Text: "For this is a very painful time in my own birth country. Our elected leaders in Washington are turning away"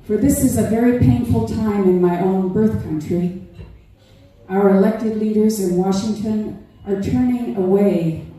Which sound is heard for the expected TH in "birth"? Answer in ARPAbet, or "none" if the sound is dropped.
TH